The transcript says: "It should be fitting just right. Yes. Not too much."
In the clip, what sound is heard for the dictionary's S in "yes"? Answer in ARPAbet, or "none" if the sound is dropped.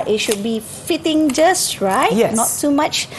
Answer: none